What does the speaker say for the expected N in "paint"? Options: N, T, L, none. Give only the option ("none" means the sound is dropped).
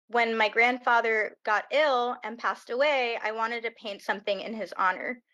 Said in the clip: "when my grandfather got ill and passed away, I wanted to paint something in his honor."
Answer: N